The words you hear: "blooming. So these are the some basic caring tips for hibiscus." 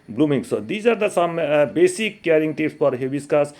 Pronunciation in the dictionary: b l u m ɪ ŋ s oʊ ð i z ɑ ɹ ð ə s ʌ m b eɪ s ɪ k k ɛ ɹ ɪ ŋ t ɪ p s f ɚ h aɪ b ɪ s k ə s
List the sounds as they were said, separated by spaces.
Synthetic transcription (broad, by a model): b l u m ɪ ŋ s oʊ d i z ɑ ɹ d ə s ʌ m b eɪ s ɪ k k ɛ ɹ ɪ ŋ t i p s p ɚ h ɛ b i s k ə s